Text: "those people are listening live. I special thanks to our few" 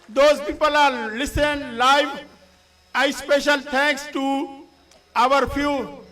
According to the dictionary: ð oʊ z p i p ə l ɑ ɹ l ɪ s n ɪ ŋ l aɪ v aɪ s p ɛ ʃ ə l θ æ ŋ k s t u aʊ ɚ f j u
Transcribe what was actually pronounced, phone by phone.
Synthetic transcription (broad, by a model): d oʊ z p i p ə l ɑ ɹ l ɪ s ɪ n l aɪ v aɪ s p ɛ ʃ ə l t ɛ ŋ k s t u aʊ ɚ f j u